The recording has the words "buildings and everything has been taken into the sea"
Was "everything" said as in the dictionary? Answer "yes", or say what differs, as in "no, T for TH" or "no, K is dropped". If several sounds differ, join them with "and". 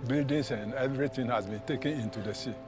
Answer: no, T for TH